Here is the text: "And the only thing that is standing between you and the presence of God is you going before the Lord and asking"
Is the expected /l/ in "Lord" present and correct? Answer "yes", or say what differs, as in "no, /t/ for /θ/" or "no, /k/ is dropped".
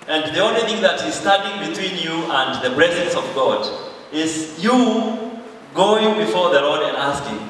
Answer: yes